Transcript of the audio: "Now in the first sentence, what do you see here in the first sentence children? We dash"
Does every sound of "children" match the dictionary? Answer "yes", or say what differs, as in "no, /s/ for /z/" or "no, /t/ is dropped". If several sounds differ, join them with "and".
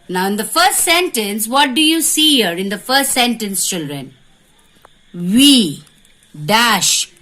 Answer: yes